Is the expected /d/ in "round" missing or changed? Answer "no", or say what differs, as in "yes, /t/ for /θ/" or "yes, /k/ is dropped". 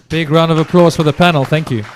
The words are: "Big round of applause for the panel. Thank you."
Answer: no